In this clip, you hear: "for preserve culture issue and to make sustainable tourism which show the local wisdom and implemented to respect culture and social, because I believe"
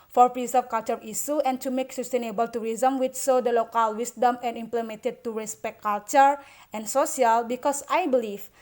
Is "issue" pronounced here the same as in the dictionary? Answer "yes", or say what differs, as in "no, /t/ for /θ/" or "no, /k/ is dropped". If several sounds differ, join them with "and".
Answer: no, /s/ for /ʃ/